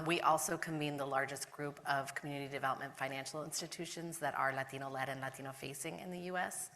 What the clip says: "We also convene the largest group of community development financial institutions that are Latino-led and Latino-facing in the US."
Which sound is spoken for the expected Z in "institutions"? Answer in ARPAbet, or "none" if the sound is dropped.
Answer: Z